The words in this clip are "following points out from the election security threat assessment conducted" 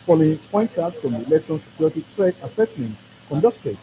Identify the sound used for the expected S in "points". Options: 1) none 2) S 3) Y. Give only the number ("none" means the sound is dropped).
1